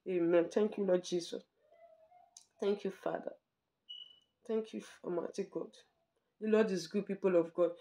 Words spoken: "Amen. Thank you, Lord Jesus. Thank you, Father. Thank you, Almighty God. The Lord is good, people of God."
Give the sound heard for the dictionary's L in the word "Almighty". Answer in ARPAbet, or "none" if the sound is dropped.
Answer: none